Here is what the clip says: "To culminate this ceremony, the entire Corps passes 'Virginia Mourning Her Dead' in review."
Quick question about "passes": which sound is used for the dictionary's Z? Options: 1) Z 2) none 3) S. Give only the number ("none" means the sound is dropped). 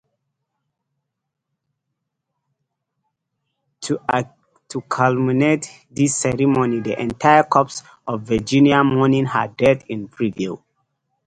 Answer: 2